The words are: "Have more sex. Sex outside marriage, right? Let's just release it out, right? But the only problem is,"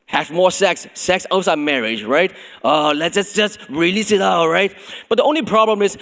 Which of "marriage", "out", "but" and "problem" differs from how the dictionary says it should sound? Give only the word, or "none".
none